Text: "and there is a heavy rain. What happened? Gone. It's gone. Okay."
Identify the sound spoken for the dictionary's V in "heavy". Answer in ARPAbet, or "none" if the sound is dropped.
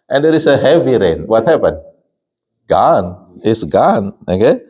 V